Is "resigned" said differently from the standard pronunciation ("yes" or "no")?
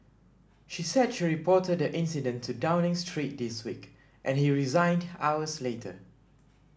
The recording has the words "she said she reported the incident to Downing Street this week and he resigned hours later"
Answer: no